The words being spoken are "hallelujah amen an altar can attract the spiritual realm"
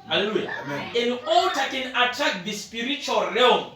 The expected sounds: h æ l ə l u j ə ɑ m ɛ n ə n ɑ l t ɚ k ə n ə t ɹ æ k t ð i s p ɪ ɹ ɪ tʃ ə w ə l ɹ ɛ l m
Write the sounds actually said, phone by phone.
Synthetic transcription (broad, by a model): h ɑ l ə l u j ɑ ɛ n n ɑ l t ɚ k ə n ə t ɹ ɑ k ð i s p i ɹ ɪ tʃ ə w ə l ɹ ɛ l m